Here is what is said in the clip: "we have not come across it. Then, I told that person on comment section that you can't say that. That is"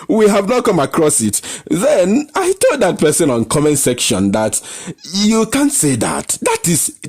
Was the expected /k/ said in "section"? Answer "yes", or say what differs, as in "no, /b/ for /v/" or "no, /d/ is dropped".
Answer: yes